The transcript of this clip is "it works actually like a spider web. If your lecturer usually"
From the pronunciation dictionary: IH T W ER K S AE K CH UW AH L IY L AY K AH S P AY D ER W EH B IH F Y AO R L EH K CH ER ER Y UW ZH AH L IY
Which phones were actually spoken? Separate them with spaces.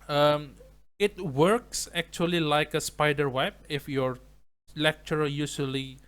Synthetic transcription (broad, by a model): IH T W ER K S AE K CH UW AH L IY L AY K AH S P AY D ER W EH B IH F Y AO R L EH K CH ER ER Y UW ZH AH L IY